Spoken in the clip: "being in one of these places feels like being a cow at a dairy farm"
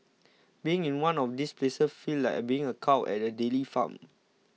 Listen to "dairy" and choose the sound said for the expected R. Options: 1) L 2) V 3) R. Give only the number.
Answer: 1